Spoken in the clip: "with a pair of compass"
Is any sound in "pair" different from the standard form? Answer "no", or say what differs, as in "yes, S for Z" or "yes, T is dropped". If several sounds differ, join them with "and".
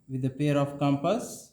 no